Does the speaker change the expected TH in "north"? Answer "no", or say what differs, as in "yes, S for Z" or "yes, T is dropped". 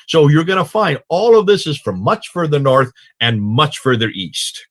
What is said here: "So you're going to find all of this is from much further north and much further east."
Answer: no